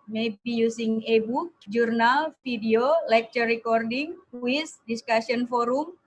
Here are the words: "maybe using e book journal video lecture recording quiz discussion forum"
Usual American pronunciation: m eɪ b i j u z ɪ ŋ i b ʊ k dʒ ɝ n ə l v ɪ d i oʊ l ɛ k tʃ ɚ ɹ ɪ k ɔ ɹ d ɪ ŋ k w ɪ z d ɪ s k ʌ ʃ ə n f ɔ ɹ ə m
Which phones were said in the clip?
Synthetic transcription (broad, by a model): m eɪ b i j u s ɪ ŋ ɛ b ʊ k dʒ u n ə l f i d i oʊ l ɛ k tʃ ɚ ɹ ɪ k ɔ ɹ d ɪ ŋ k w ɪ s d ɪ s k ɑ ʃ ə n f ɔ ɹ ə m